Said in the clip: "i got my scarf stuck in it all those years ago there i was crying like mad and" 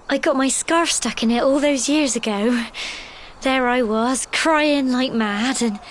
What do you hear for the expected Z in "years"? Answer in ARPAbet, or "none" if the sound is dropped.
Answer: Z